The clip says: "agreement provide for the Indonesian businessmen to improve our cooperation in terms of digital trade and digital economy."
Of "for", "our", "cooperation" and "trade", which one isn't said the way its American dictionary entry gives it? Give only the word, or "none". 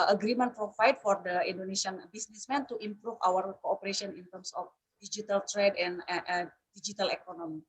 cooperation